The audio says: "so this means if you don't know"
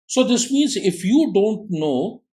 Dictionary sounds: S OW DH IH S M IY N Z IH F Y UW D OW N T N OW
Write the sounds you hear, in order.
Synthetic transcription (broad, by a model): S OW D IH S M IY N Z IH F Y UW D OW N T N OW